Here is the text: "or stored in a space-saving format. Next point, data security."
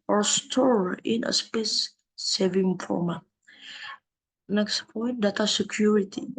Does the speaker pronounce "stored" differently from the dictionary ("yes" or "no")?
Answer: yes